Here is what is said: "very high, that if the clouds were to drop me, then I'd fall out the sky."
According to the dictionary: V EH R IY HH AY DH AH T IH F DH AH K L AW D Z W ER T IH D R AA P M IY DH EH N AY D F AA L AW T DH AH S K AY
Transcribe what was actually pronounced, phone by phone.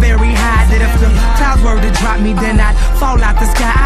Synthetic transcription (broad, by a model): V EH R IY HH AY DH AH T IH F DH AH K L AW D W ER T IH D R AA P M IY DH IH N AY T F AA L AW T DH AH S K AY